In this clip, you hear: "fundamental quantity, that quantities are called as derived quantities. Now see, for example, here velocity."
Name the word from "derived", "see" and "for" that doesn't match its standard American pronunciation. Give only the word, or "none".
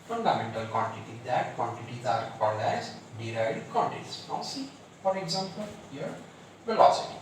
derived